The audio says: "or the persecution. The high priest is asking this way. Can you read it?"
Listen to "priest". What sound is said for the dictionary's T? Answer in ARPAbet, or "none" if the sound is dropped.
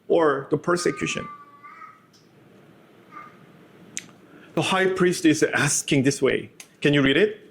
T